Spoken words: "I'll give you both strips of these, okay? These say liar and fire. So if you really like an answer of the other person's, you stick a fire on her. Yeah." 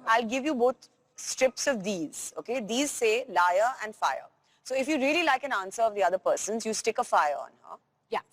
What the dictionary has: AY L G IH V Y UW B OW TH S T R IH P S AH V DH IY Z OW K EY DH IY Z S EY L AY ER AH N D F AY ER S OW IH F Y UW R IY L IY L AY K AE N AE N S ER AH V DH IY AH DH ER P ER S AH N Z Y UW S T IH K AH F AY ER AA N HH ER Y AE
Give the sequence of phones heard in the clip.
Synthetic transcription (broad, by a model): AY L G IH V Y UW B OW T S T R IH P S AH V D IY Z OW K EY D IY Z S EY L AY ER AH N D F AY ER S OW IH F Y UW R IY L IY L AY K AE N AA N S ER AH V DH IY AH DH ER P ER S AH N Z Y UW S T IH K AH F AY ER AA N HH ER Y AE